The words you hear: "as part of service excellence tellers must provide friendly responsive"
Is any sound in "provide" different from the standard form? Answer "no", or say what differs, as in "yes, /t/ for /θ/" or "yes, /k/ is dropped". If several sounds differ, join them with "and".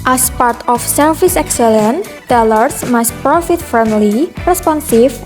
yes, /f/ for /v/